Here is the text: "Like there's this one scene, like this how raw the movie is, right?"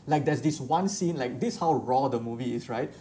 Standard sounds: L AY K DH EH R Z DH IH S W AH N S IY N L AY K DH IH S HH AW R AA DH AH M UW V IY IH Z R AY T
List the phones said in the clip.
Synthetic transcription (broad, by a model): L AY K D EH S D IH S W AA N S IY N L AY K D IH S HH AW R AA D AH M UW V IY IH S R AY T